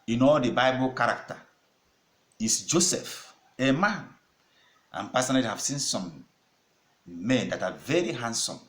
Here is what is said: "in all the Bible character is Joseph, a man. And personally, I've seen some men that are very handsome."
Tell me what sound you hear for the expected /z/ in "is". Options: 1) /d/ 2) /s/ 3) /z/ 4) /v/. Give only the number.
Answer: 2